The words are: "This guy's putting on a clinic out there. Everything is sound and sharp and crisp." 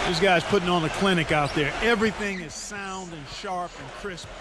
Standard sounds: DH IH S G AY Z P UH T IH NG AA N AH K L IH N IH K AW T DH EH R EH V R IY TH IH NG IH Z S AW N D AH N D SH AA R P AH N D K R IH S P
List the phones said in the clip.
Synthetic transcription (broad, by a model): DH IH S G AY Z P UH T IH NG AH N AH K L IH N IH K AW T DH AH R EH V R IY TH IH NG IH Z S AW N D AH N SH AA R P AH N K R IH S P